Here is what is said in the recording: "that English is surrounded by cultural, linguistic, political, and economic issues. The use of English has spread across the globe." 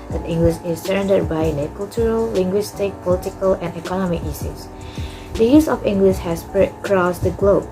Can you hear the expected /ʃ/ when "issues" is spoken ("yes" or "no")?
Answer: no